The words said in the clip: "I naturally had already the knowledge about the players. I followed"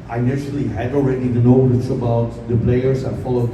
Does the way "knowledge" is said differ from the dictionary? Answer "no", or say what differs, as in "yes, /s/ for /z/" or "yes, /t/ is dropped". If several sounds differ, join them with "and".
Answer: yes, /w/ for /l/ and /tʃ/ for /dʒ/